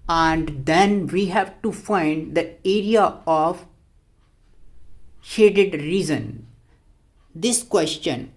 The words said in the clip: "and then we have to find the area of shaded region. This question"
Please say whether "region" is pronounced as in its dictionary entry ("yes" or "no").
no